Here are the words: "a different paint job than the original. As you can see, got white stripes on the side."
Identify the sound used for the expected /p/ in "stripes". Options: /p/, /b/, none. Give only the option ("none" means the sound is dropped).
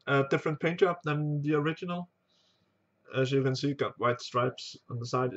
/p/